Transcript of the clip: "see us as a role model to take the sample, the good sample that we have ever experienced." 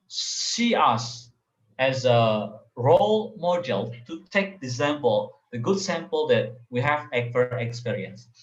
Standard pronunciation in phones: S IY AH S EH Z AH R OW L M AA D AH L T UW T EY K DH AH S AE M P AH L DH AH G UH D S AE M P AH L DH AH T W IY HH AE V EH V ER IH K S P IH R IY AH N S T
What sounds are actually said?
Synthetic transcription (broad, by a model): S IY AH S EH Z AH R OW L M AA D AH L T UW T EY K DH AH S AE M P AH L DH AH G UH D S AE M P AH L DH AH T W IY HH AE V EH F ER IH K S P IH R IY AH N S